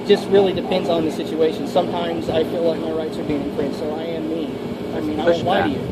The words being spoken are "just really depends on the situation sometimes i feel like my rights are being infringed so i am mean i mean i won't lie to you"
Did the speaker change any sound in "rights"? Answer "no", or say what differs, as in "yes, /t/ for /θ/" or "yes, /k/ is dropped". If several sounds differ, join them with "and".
yes, /s/ is dropped